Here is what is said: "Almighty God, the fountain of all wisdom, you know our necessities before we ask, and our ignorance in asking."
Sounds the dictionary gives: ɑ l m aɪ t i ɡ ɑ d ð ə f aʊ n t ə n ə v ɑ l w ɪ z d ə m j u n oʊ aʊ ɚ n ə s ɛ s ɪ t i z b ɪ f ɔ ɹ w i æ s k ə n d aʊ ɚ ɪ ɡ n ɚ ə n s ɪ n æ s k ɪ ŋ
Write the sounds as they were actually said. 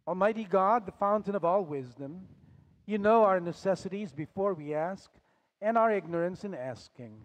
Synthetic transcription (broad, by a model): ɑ l m aɪ t i ɡ ɑ d ð ə f aʊ n t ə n ə v ɑ l w ɪ z d ə m j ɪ n oʊ aʊ ɚ n ə s ɛ s ɪ t i z b ɪ f ɔ ɹ w i æ s k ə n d aʊ ɚ ɪ ɡ n ɚ ə n s ɪ n æ s k ɪ ŋ